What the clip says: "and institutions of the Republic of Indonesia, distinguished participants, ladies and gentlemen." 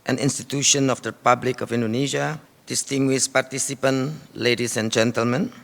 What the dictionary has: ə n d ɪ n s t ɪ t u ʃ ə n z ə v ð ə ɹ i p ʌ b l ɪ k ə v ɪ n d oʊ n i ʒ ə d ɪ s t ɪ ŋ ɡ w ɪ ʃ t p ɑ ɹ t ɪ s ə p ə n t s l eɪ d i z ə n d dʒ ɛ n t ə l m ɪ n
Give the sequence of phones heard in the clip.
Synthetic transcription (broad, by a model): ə n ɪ n s t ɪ t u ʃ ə n ə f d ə ɹ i p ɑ b l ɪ k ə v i n d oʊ n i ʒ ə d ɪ s t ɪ ŋ ɡ w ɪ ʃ p ɑ ɹ t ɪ s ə p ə n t l eɪ d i s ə n dʒ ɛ n t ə l m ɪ n